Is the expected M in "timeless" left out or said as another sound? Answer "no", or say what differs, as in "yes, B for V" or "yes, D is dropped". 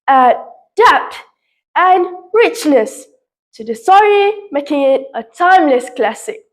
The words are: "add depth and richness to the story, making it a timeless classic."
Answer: no